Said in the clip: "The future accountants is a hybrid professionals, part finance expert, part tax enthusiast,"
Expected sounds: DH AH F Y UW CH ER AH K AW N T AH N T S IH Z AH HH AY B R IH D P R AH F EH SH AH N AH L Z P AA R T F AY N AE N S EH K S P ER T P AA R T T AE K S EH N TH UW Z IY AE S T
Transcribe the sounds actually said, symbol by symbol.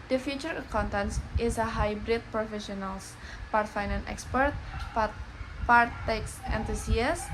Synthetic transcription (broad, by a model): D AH F Y UW CH ER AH K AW N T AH N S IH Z AH HH AY B R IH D P R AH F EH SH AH N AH L S P AA R T F AY N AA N EH K S P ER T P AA R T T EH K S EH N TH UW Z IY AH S